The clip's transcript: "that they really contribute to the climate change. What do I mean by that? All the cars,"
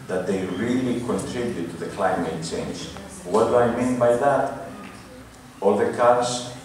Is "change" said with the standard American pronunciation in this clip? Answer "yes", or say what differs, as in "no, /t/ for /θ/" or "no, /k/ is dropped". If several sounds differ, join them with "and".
yes